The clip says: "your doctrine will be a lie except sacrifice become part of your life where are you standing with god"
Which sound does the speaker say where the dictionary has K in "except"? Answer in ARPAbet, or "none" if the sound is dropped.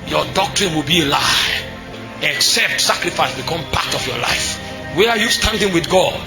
K